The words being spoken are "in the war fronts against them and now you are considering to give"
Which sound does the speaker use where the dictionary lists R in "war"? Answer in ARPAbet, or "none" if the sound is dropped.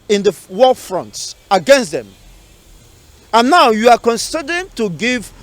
L